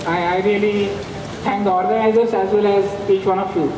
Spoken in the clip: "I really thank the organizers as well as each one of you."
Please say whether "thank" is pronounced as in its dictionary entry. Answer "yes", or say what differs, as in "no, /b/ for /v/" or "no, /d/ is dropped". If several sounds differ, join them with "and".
no, /t/ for /θ/